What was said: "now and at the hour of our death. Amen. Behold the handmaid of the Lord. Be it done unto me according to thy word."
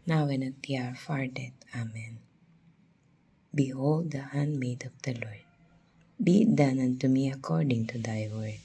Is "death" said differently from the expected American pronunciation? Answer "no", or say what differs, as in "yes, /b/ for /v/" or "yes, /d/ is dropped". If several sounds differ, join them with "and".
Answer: yes, /t/ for /θ/